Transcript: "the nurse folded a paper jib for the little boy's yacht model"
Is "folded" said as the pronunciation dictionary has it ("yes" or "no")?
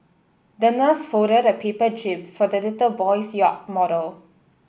no